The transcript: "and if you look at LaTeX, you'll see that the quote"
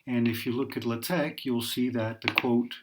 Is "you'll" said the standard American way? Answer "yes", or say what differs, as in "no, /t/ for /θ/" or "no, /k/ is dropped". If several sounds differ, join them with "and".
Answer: yes